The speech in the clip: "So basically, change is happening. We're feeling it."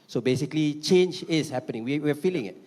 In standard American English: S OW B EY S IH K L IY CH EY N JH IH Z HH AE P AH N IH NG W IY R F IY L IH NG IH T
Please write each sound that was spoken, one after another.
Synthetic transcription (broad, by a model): S OW B EY S IH K L IY CH EY N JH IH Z HH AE P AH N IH NG W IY W F IY L IH NG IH T